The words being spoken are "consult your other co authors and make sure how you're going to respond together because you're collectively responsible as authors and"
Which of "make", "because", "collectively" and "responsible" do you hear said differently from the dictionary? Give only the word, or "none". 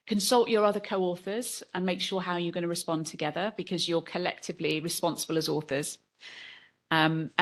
none